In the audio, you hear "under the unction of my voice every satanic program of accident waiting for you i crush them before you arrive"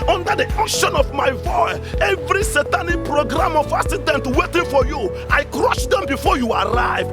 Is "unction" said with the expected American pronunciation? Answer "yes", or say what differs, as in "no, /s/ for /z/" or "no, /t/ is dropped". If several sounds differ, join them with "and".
no, /ŋ/ is dropped